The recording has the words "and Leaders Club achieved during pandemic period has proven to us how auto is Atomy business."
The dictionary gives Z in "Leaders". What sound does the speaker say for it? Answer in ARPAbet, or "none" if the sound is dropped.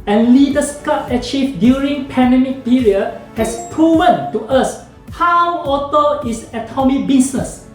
S